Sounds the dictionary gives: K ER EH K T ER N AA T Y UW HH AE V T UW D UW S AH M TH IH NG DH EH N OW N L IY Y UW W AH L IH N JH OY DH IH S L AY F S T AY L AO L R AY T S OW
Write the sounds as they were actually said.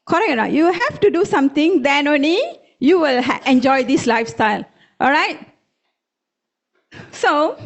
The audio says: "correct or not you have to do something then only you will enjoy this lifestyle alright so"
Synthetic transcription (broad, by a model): K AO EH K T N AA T Y UW HH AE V T UW D UW S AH M T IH NG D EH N OW N L IY Y UW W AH L IH N JH OY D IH S L AY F S T AY L AO L R AY T S OW